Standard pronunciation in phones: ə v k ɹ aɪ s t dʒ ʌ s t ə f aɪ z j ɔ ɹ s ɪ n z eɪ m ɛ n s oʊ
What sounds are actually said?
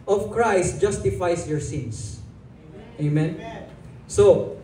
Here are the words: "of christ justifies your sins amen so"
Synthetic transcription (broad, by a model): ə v k ɹ aɪ s t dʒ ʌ s t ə f aɪ s j ɔ ɹ s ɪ n s eɪ m ɛ n s oʊ